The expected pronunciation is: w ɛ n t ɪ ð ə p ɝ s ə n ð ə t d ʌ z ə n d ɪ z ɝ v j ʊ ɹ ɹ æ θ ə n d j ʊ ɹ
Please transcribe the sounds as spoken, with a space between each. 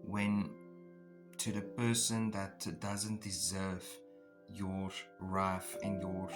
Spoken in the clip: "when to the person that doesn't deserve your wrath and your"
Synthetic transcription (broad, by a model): w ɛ n t ɪ ð ə p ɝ s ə n ð ə t d ʌ z ə n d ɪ z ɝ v j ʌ ɹ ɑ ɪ f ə n j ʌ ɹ